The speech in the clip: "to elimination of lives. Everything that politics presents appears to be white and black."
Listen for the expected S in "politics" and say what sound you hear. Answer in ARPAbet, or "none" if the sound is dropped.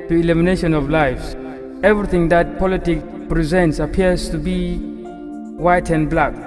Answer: none